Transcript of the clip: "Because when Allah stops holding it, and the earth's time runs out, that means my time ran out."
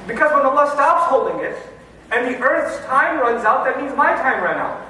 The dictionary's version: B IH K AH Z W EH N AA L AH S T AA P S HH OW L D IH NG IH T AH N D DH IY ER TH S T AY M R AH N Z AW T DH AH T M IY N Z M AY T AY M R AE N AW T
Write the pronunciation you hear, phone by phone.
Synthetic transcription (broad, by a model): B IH K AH Z W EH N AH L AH S T AA P S HH OW L D IH NG IH T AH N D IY ER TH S T AY M R AH N Z AW T DH AH T M IY N Z M AY T AY M R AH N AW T